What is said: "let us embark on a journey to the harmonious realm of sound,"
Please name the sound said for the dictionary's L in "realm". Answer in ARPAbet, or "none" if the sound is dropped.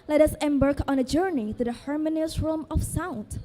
none